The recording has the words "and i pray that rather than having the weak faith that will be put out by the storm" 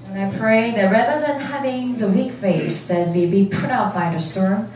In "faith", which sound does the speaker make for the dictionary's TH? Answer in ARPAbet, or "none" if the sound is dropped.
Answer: S